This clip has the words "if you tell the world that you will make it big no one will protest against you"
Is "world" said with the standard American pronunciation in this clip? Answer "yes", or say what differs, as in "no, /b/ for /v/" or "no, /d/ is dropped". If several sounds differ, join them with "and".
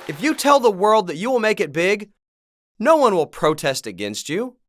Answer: yes